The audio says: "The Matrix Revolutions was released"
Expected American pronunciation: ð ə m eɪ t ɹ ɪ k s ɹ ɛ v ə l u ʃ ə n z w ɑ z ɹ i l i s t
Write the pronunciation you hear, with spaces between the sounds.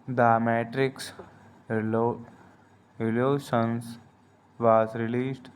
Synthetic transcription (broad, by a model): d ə m eɪ t ɹ ɪ k s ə l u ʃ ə n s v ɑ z ɹ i l i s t